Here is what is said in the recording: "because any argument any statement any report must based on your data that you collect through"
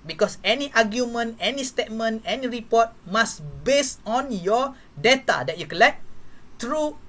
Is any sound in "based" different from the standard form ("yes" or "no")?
yes